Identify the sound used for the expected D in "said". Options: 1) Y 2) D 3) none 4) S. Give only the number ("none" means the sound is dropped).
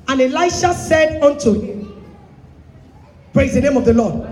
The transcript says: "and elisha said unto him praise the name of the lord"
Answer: 2